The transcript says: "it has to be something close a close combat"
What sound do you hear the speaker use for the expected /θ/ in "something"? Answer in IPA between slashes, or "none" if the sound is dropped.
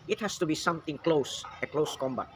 /t/